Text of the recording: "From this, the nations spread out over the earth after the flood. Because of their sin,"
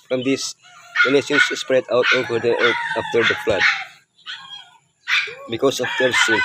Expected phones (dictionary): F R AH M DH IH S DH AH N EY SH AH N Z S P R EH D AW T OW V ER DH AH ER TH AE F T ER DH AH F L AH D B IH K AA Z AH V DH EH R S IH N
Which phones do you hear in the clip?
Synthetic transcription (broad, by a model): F R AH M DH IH S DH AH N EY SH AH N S S P R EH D AW T OW V ER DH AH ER T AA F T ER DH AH F L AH D B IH K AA S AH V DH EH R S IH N